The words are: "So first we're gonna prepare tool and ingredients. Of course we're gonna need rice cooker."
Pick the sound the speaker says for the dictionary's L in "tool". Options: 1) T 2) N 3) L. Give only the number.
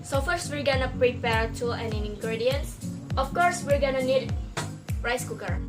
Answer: 2